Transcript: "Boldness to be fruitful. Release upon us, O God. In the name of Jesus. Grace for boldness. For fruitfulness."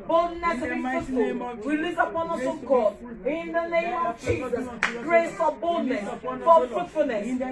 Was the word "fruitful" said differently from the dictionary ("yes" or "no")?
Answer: yes